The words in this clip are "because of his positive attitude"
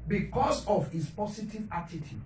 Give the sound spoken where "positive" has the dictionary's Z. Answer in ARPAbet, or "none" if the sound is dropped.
S